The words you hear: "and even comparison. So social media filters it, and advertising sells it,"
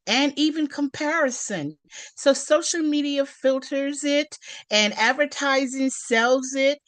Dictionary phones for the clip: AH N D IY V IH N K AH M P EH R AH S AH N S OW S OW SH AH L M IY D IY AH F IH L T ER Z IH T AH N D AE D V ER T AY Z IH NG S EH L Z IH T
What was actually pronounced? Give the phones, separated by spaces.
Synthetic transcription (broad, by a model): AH N IY V IH N K AH M P EH R AH S AH N S OW S OW SH L M IY D IY AH F IH L T ER Z IH T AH N AE D V ER T AY Z IH NG S EH L Z IH T